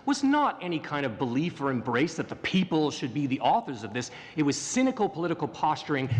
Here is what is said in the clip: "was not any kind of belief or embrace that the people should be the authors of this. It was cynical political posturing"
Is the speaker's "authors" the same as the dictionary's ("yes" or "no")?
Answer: yes